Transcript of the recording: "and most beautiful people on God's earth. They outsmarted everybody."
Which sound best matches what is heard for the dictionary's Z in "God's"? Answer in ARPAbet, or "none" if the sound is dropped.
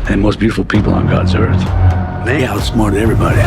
Z